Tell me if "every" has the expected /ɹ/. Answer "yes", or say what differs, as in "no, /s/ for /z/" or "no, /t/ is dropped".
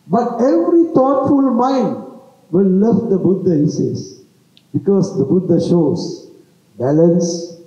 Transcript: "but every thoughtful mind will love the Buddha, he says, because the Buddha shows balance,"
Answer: yes